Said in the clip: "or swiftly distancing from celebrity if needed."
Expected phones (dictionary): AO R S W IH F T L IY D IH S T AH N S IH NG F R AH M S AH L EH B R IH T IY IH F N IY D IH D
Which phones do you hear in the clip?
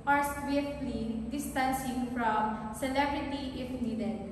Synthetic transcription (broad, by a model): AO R S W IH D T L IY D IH S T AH N S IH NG F R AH M S AH L EH B R IH T IY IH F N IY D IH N